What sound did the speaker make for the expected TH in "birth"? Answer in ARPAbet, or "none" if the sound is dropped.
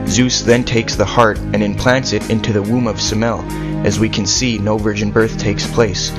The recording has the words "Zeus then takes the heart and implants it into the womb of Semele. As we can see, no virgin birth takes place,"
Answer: TH